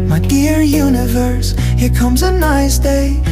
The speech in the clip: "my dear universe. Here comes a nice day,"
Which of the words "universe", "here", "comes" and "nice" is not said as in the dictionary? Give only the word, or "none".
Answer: none